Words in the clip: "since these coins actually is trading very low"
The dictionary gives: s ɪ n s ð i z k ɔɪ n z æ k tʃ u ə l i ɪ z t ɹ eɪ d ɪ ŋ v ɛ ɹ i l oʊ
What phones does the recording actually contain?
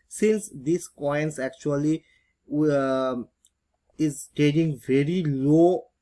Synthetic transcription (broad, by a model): s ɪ n s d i s k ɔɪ n s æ k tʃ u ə l i ɪ z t eɪ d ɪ ŋ v ɛ ɹ i l oʊ